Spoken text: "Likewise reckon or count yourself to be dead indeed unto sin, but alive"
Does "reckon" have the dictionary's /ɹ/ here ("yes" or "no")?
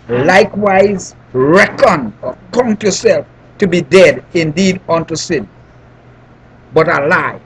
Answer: yes